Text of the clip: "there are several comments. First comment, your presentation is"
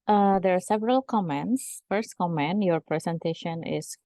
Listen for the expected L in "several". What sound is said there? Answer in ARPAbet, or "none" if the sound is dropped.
L